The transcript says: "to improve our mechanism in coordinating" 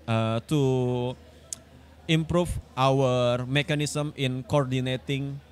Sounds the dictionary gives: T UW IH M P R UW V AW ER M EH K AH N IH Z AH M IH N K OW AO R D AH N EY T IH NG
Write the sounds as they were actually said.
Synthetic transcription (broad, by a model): T UW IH M P R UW F AW ER M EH K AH N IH S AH M IH N K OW AO R D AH N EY T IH NG